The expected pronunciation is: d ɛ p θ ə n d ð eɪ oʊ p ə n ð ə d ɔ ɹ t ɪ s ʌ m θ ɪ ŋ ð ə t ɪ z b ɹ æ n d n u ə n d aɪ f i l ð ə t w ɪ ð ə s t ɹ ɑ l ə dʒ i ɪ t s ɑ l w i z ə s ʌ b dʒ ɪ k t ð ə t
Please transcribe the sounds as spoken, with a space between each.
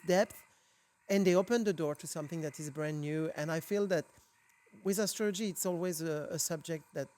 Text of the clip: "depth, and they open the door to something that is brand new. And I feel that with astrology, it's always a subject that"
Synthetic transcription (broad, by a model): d ɛ p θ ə n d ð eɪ oʊ p ə n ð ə d ɔ ɹ t ɪ s ʌ m θ ɪ ŋ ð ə t ɪ z b ɹ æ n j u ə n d aɪ f i l ð ə t w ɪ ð ə s t ɹ ɑ l ə dʒ i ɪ t s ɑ l w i z ə s ʌ b dʒ ɪ k t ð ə t